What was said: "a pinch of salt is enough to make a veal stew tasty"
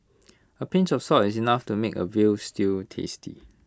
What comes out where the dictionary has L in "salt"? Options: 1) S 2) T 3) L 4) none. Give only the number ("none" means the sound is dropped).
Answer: 4